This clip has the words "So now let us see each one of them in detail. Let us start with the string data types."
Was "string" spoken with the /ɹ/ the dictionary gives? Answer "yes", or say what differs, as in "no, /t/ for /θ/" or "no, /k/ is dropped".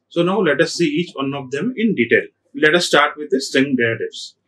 no, /ɹ/ is dropped